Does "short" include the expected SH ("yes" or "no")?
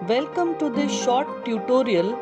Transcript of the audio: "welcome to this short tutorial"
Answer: yes